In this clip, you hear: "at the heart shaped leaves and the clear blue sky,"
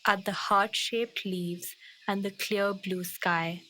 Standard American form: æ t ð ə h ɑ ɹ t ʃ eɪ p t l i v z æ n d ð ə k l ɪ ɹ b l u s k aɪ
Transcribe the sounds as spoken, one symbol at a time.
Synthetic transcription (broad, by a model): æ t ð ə h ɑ ɹ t ʃ eɪ p t l i v z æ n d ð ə k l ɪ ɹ b l u s k aɪ